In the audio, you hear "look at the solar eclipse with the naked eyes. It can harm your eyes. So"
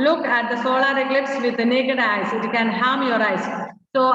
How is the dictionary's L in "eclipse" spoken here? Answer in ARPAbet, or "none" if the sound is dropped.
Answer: L